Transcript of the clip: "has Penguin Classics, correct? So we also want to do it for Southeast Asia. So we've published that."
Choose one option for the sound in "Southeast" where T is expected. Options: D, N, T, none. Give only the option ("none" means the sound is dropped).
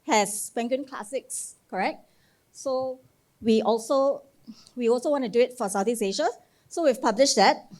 none